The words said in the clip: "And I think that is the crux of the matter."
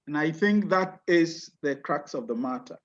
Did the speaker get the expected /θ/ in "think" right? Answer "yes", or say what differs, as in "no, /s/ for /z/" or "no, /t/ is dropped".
yes